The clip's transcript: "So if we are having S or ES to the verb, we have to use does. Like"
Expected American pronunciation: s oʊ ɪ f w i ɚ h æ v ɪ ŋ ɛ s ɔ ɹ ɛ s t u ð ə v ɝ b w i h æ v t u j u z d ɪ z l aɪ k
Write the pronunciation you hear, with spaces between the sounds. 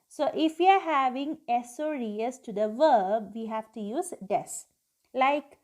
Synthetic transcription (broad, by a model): s oʊ ɪ f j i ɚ h æ v ɪ ŋ ɛ s ɔ ɹ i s t u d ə v ɝ b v i h æ v t u j u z d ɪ s l aɪ k